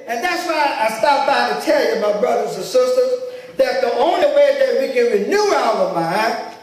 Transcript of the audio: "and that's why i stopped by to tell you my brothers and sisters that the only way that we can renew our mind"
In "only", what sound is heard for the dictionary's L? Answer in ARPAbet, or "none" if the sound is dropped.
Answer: L